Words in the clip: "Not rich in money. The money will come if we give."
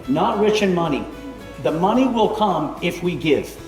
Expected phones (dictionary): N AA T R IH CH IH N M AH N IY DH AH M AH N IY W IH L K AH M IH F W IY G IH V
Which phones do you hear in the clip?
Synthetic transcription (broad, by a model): N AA T R IH CH IH N M AH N IY DH AH M AH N IY W IH L K AH M IH F W IY G IH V